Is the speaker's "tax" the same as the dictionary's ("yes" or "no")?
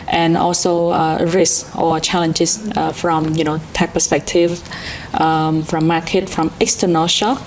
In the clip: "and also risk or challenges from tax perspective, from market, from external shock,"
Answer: no